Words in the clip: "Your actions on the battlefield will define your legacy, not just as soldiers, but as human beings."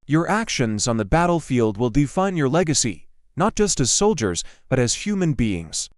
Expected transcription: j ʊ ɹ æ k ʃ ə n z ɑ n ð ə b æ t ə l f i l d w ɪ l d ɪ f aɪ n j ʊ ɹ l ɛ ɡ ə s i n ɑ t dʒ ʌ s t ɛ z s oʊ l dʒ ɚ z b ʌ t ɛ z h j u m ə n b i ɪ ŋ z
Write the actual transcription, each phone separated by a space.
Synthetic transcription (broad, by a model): j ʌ ɹ æ k ʃ ə n z n ð ə b æ t l f i l d w ɪ l d ɪ f aɪ n j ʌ ɹ l ɛ ɡ ə s i n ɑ t dʒ ʌ s t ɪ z s oʊ l dʒ ɚ z b ʌ t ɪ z h j u m ə n b i ɪ ŋ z